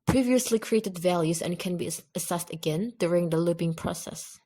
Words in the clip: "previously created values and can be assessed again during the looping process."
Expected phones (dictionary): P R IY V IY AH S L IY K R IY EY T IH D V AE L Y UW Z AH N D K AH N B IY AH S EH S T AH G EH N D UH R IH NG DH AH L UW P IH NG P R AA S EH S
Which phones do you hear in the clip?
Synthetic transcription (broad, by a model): P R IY V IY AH S L IY K R IY EY T IH D V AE L Y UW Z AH N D K AH N B IY AH S EH S T AH G EH N D UH R IH NG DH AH L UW B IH NG P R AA S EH S